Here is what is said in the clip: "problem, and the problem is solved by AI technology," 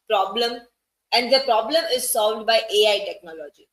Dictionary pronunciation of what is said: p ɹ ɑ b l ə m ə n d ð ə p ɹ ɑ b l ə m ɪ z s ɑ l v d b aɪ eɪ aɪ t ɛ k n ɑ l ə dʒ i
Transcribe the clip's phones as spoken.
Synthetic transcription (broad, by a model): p ɹ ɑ b l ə m ə n d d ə p ɹ ɑ b l ə m ɪ z s ɑ l v d b aɪ eɪ aɪ t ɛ k n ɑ l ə dʒ i